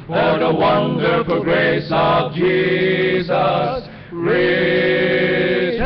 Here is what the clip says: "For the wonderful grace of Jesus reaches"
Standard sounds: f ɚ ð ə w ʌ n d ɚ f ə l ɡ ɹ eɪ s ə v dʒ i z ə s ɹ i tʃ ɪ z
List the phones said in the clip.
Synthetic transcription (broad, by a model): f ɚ ð ə w ʌ n d ɚ f ə l ɡ ɹ eɪ s ə v dʒ i z ə s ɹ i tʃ